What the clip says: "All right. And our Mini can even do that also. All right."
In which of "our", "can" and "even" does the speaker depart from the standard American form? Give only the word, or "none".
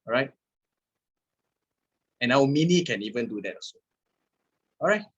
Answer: our